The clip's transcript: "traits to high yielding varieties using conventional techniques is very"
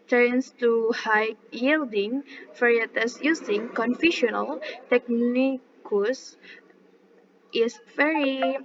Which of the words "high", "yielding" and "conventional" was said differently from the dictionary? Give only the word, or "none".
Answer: conventional